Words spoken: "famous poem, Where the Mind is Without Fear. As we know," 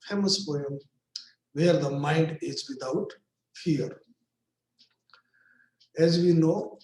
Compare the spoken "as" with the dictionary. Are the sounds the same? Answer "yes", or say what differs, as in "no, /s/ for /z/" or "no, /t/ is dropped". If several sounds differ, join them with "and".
yes